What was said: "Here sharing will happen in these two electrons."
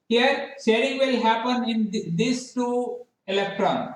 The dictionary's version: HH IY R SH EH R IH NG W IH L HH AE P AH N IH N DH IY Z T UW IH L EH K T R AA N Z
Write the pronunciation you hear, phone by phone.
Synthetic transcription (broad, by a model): HH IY R S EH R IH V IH L HH AE P AH N IH N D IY S T UW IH L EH K T R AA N